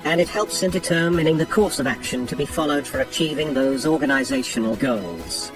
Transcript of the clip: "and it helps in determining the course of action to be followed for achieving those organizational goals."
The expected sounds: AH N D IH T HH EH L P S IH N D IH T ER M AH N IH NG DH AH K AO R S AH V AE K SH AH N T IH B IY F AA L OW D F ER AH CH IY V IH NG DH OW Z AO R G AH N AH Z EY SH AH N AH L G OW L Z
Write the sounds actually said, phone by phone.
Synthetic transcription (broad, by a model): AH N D IH T HH EH L P S IH N D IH T ER M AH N IH NG DH AH K AO R S AH V AE K SH AH N T IH B IY F AA L OW D F ER AH CH IY V IH NG DH OW Z AO R G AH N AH Z EY SH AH N L G OW L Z